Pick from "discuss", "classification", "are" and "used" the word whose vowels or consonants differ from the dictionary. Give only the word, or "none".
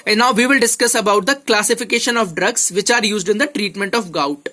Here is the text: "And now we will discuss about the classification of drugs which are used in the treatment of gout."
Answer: none